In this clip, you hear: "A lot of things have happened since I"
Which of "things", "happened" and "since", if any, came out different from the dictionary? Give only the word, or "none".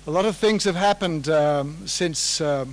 none